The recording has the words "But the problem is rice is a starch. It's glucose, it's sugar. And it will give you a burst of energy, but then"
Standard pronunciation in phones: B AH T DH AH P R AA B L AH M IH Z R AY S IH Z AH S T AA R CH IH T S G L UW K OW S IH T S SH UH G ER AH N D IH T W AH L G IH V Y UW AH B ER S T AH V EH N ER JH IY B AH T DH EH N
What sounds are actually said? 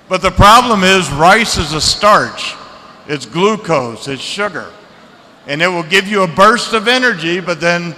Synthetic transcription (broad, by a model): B AH T DH AH P R AA B L AH M IH Z R AY S IH Z AH S T AA R CH IH T S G L UW K OW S IH T S SH UH G ER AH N IH T W AH L G IH V Y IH AH B ER S T AH V EH N ER JH IY B AH T DH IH N